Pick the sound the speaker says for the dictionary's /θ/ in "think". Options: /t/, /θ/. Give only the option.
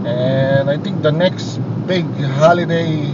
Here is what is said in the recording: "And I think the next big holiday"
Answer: /t/